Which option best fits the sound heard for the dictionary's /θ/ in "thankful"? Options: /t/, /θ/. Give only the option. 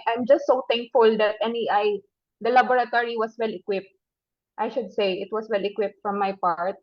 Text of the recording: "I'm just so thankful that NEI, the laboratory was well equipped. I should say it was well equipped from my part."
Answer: /t/